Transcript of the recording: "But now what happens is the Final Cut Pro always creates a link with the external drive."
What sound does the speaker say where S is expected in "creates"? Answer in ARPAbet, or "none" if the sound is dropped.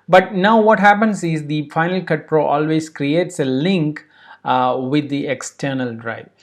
S